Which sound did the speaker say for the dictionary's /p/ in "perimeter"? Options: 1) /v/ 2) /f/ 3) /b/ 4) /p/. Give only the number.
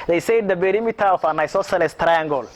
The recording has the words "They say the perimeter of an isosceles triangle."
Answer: 3